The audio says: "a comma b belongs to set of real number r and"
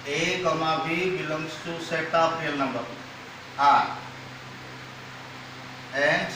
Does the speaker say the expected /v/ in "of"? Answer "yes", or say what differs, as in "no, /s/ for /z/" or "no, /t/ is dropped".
no, /p/ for /v/